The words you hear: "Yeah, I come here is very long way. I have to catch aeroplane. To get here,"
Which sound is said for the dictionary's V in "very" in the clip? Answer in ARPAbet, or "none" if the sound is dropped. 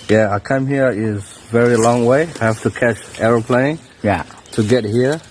V